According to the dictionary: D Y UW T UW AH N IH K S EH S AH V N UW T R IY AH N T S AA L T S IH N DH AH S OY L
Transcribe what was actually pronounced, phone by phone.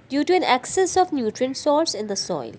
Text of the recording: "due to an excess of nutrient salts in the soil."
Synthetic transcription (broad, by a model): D Y UW T UW AH N IH K S EH S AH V N UW T R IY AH N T S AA T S IH N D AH S OY L